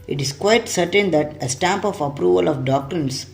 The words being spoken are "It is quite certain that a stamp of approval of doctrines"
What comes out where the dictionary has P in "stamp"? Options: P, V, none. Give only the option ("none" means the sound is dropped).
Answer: P